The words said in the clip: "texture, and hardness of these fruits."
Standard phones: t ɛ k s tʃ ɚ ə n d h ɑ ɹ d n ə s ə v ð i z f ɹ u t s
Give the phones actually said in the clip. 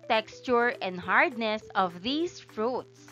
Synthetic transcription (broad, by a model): t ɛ k s tʃ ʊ ə n d h ɑ ɹ d n ə s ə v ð i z f ɹ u t s